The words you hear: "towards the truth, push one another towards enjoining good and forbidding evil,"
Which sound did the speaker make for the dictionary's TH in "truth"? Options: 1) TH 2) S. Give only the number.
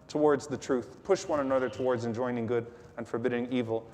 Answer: 1